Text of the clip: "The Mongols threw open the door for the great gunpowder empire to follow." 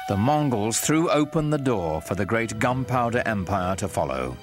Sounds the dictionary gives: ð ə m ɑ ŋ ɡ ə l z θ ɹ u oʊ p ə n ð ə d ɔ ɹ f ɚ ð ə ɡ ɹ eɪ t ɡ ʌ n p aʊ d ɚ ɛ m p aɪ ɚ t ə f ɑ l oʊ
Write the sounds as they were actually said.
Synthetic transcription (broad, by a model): ð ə m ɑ ŋ ɡ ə l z θ ɹ u oʊ p ə n ð ə d ɔ ɹ f ɚ ð ə ɡ ɹ eɪ t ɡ ʌ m p aʊ d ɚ ɛ m p aɪ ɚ t ə f ɑ l oʊ